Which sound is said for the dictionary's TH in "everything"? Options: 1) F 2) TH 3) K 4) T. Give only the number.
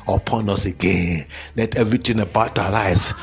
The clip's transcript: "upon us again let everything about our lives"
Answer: 4